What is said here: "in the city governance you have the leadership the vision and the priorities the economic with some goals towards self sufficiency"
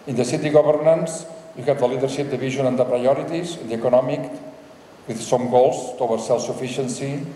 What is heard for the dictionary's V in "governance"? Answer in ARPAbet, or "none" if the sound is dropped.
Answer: B